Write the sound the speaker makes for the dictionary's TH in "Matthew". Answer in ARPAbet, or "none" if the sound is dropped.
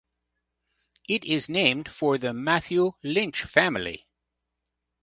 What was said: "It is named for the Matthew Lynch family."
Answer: TH